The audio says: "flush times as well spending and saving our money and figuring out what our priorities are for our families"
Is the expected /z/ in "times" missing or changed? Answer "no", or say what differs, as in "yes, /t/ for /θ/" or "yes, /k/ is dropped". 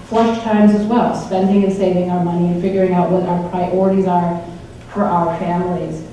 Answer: no